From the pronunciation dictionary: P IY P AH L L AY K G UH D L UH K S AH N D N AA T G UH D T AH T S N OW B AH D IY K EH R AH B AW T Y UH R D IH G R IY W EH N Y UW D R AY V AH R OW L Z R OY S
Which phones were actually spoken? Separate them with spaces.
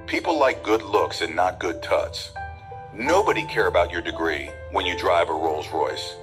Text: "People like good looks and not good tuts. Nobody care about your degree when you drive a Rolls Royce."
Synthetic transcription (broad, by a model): P IY P L L AY K G UH D L UH K S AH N N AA T G UH D T AH T S N OW B AH D IY K EH R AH B AW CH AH R D IH G R IY W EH N Y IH D R AY V AH R OW L Z R OY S